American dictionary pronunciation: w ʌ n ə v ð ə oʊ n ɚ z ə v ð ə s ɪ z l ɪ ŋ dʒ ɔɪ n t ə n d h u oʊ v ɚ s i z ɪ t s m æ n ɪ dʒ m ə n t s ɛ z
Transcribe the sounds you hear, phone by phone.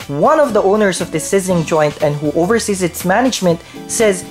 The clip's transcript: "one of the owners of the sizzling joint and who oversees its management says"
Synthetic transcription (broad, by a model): w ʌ n ə v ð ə oʊ n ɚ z ə v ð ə s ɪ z ɪ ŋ dʒ ɔɪ n t ə n d h u oʊ v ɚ s i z ɪ t s m æ n ɪ dʒ m ə n t s ɛ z